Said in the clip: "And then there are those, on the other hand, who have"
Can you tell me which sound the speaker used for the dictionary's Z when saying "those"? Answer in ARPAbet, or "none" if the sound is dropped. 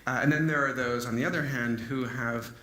Z